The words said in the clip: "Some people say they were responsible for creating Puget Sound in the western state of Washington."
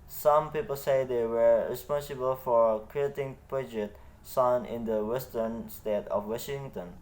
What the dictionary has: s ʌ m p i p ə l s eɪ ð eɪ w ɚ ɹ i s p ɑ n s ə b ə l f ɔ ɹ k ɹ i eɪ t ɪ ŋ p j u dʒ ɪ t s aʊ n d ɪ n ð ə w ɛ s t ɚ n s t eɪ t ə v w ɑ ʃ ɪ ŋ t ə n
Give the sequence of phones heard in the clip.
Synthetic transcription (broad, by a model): s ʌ m p i p ə l s eɪ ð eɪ w ɚ ɹ i s p ɑ n s ə b ə l f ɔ ɹ k ɹ i eɪ t ɪ ŋ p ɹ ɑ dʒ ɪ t s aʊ n ɪ n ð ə w ɛ s t ɚ n s t eɪ t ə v w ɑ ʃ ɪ ŋ t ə n